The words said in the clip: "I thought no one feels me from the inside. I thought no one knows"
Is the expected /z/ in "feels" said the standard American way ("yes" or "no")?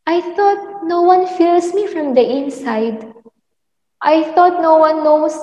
no